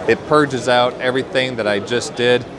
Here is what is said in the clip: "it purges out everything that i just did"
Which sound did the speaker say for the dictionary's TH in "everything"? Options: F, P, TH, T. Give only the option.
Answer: TH